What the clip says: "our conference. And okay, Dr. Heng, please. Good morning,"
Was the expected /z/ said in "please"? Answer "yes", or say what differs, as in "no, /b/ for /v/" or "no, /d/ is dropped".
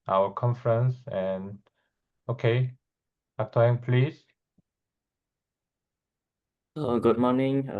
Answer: no, /s/ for /z/